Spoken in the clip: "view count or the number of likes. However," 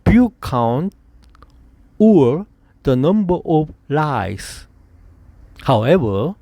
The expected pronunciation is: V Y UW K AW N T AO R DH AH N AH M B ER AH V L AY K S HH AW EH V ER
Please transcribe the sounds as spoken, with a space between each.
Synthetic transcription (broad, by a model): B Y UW K AW N T AO R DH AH N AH M B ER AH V L AY S HH AW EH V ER